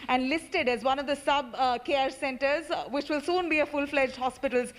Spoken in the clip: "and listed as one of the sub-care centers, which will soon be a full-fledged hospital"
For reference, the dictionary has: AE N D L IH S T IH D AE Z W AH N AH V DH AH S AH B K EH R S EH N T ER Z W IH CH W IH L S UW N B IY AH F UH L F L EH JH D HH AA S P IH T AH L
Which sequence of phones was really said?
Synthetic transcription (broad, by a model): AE N D L IH S T IH D AE Z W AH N AH V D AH S AH B K EH R S EH N T ER Z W IH CH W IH L S UW N B IY AH F UH L F L EH JH D HH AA S P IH T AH L